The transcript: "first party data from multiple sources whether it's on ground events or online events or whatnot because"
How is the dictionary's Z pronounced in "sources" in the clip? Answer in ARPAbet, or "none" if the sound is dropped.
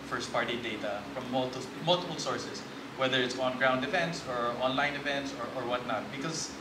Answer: S